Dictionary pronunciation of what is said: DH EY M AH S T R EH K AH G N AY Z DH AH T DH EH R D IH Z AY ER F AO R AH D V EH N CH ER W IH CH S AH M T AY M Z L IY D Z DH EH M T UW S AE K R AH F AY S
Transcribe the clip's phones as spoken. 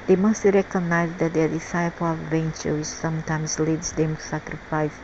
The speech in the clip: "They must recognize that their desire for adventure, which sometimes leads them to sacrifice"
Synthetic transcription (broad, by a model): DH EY M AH S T R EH K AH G N AY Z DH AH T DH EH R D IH S AY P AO L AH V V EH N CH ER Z S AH M T AY M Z L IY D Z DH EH M T UW S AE K R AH F AY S